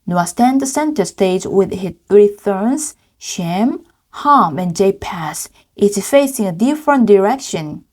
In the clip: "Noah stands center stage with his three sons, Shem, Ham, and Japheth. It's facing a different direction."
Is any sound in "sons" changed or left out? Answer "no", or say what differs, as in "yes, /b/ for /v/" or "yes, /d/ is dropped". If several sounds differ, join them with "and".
yes, /θ/ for /s/